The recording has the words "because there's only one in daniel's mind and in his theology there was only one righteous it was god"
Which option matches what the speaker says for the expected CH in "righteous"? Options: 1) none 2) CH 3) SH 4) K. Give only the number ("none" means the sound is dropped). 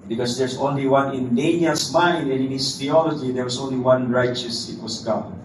2